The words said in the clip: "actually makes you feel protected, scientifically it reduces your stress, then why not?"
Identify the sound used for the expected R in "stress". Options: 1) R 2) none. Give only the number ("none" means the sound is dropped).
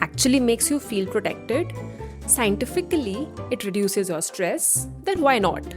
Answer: 1